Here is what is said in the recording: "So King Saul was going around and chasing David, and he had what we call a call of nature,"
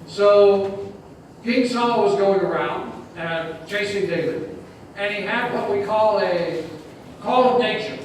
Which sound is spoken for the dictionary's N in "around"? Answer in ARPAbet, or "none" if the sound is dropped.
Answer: N